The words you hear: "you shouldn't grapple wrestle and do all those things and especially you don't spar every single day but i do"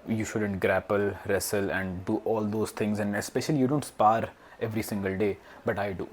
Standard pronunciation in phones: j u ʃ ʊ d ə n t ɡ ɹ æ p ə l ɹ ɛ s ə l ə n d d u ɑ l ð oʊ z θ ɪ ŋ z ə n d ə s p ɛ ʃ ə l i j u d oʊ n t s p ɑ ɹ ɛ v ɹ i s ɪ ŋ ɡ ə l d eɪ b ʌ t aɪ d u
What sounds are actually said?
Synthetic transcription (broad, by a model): j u ʃ ʊ d ə n t ɡ ɹ æ p ə l ɹ ɛ s ə l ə n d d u ɑ l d oʊ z t ɪ ŋ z ə n d ə s p ɛ ʃ ə l i j u d oʊ n t s p ɑ ɹ ɛ v ɹ i s ɪ ŋ ɡ ə l d eɪ b ʌ t aɪ d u